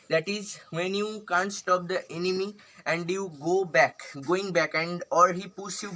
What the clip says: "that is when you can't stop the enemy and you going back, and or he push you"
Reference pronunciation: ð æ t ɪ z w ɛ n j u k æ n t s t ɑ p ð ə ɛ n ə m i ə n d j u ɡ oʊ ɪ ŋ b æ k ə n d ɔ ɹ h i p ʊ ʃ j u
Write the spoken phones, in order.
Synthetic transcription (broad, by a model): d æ t ɪ z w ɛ n j u k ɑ n t s t ɑ p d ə ɛ n ə m i ə n d j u ɡ oʊ ɪ ŋ b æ k ə n d ɔ ɹ h i p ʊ s j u